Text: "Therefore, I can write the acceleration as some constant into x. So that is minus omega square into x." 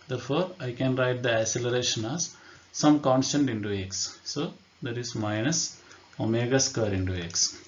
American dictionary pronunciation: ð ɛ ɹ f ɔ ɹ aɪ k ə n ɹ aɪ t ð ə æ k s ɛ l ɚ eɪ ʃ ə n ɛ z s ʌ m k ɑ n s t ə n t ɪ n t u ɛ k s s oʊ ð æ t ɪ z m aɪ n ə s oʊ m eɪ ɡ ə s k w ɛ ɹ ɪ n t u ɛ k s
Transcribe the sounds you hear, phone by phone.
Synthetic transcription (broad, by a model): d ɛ ɹ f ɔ ɹ aɪ k ə n ɹ aɪ t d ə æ s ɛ l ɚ eɪ ʃ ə n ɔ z s ʌ m k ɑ n s t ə n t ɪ n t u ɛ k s s oʊ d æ t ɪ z m aɪ n ə s oʊ m eɪ ɡ ə s k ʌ ɹ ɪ n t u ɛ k s